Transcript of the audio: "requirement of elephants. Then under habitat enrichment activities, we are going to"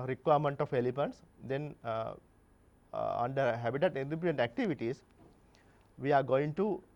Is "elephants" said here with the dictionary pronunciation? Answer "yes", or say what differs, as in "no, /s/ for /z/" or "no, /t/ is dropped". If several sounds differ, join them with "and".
no, /p/ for /f/